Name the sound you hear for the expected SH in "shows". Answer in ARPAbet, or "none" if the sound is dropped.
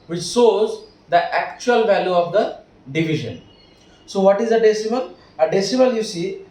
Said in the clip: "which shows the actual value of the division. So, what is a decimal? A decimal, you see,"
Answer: S